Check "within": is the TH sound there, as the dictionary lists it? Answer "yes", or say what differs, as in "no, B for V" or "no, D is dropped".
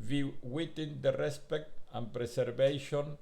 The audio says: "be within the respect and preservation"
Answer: no, T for TH